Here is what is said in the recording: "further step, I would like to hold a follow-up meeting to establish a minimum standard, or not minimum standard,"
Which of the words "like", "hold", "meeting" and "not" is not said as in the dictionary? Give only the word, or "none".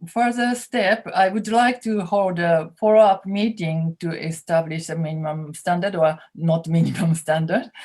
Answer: none